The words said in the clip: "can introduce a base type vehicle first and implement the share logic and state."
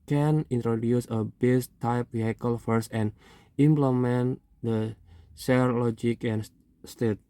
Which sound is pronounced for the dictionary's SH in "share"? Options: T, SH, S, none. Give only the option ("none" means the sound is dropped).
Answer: S